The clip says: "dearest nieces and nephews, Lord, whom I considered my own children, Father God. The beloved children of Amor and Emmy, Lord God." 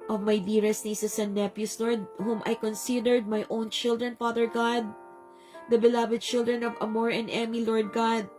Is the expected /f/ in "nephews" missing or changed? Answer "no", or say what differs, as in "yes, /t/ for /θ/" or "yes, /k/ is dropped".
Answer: yes, /p/ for /f/